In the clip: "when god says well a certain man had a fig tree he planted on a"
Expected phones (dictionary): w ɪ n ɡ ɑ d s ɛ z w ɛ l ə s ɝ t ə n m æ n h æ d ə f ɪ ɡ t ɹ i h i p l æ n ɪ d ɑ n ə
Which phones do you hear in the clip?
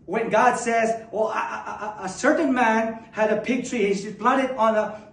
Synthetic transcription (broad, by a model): w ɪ n ɡ ɑ d s ɛ z w ɛ l ə s ɝ t n m æ n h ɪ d ə p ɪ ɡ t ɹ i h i b l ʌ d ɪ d n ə